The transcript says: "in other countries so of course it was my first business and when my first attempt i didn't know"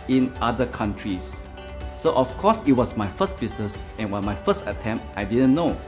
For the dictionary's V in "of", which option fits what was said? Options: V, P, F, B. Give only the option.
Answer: F